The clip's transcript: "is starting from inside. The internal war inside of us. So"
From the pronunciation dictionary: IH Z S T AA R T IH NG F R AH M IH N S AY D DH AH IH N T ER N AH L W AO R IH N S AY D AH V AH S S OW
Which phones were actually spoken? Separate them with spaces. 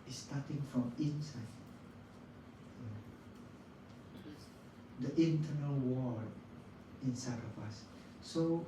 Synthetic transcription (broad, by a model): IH S T AA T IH NG F R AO M IH N S AY D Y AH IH N T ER N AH L W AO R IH N S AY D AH P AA S S OW